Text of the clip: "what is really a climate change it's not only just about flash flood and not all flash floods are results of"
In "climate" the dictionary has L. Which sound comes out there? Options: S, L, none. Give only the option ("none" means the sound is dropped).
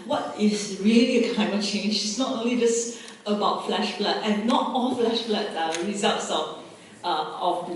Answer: none